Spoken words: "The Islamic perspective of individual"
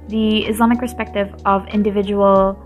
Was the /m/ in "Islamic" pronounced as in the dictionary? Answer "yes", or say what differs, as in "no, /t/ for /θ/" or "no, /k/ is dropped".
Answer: yes